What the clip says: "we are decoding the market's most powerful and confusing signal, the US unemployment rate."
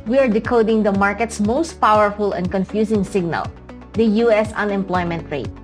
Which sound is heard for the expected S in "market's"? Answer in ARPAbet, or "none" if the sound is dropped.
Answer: S